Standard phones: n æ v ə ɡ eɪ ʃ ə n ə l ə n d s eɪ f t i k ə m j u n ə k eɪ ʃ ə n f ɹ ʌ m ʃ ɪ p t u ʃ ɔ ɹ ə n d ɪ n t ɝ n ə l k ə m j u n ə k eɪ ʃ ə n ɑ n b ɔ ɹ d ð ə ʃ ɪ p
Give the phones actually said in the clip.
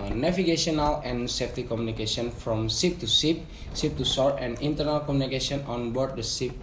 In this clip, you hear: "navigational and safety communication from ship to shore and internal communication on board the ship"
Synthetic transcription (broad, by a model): n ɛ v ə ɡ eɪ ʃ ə n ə l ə n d s eɪ f t i k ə m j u n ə k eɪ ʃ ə n f ɹ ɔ m s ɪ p t u s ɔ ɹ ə n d ɪ n t ɝ n ə l k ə m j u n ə k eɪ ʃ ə n ɑ n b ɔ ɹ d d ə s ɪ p